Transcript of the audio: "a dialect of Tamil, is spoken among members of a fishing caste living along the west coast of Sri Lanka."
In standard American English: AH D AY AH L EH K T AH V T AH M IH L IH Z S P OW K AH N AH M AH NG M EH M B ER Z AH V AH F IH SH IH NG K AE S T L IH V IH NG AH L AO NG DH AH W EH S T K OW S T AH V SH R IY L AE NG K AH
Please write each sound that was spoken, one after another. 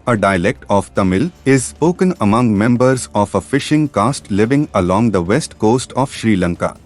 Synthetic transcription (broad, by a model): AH D AY AH L EH K T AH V T AH M IH L IH Z S P OW K AH N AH M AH NG M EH M B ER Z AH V AH F IH SH IH NG K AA S T L IH V IH NG AH L AO NG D AH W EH S T K OW S T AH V SH R IY L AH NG K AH